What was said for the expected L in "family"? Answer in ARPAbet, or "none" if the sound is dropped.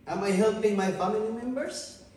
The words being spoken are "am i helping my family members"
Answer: N